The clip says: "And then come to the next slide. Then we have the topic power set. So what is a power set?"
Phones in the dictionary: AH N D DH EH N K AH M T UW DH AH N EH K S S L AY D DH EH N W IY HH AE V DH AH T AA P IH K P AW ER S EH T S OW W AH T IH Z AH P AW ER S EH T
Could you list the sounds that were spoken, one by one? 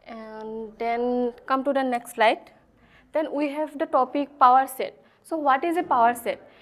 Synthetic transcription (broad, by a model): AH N D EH N K AH M T UW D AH N EH K S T L AY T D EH N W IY HH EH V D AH T AA P IH K P AW ER S EH T S OW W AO T IH Z AH P AW ER S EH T